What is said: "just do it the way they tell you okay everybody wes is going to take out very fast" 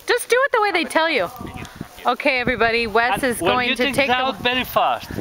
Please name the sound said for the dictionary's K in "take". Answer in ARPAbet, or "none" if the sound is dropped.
none